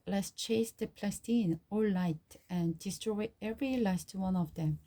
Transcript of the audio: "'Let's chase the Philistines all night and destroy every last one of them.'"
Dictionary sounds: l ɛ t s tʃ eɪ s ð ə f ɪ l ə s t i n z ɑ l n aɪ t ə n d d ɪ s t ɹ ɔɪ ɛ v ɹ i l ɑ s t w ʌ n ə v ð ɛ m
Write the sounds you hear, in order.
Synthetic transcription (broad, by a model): l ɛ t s tʃ eɪ s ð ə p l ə s t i n ɑ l l aɪ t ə n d d ɪ s t ɹ ɔɪ ɛ v ɹ i l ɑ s t w ʌ n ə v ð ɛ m